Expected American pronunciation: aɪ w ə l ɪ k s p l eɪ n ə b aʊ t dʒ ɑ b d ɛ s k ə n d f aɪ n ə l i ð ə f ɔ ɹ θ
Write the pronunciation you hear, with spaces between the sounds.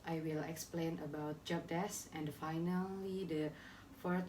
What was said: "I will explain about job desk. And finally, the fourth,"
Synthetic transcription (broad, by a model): aɪ w ə l ɪ k s p l eɪ n ə b aʊ t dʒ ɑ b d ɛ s ə n d f aɪ n ə l i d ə f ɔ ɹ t